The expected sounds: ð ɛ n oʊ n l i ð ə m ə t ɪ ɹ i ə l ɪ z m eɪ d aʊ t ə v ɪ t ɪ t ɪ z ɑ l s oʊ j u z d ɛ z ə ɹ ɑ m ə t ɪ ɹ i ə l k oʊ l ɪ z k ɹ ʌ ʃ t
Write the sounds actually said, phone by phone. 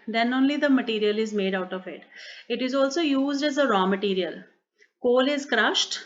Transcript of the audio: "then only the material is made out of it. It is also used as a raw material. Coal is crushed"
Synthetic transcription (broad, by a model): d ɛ n oʊ n l i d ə m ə t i ɹ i ə l ɪ z m eɪ d aʊ t ə v ɪ t ɪ t ɪ z ɑ l s oʊ j u z d ɛ z ə ɹ ɑ m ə t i ɹ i ə l k oʊ l ɪ z k ɹ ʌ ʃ t